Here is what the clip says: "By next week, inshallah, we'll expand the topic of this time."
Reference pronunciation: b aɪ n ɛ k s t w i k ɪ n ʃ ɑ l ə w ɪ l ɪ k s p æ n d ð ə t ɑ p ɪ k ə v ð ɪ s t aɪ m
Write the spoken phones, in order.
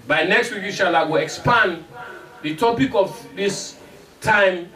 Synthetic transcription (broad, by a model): b aɪ n ɛ k s t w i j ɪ ʃ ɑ l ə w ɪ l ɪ k s p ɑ n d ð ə t ɑ p ɪ k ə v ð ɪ s t aɪ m